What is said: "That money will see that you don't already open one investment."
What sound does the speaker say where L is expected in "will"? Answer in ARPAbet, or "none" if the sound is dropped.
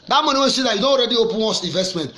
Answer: N